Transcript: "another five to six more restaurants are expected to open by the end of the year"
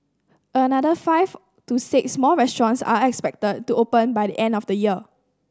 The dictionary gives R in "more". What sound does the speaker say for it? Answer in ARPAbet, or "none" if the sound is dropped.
L